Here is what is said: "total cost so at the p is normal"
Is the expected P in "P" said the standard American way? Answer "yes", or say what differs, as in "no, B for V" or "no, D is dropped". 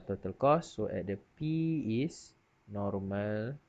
yes